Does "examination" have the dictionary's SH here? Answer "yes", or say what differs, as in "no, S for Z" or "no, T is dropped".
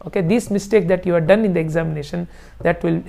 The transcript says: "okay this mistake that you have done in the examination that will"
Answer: yes